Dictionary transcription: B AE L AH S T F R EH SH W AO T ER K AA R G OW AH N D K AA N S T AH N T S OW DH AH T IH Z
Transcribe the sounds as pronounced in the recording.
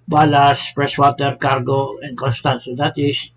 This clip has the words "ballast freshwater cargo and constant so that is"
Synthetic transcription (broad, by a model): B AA L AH S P R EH S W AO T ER K AA R G OW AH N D K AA N S T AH N S OW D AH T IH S